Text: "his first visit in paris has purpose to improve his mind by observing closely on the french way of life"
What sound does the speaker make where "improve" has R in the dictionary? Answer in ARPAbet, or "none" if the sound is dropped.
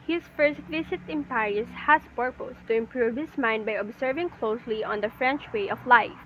R